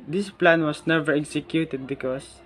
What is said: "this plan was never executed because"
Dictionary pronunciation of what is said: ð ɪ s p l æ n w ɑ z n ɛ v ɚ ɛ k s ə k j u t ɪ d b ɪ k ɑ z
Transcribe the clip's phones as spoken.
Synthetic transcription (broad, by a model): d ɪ s p l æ n w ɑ s n ɛ v ɚ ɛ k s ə k j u t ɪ d b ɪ k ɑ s